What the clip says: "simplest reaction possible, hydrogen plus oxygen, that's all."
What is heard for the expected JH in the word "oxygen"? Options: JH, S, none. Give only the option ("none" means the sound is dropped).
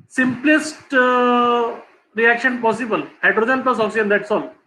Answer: none